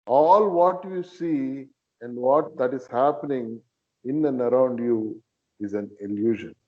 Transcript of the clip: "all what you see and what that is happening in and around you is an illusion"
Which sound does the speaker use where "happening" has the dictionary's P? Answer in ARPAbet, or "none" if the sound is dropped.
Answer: P